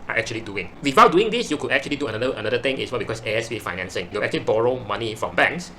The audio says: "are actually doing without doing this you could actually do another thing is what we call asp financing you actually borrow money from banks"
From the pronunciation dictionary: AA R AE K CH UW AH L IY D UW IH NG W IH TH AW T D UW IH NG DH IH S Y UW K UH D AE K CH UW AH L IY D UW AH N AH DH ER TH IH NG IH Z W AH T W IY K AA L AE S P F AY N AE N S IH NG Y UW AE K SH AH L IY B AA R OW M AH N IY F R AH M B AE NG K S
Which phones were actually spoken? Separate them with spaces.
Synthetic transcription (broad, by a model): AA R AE K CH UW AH L IY D UW IH NG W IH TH AW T D UW IH NG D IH S Y UW K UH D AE K CH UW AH L IY D UW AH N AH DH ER T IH NG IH S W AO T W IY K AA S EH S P F AY N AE N S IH NG Y UW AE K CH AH L IY B AA R OW M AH N IY F R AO M B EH NG K S